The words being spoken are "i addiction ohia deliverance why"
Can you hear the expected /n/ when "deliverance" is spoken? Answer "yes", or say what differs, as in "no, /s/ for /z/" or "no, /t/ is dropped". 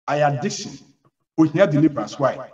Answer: no, /n/ is dropped